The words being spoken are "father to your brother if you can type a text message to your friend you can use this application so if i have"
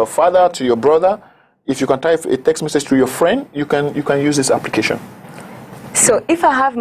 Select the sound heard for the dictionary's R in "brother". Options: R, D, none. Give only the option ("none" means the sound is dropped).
R